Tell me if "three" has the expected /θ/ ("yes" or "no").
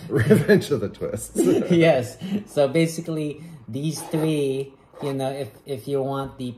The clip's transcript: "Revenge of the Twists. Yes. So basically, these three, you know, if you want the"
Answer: yes